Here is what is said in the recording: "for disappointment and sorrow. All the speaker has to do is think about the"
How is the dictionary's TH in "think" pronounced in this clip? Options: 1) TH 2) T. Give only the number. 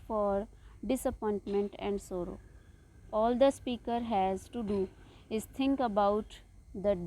2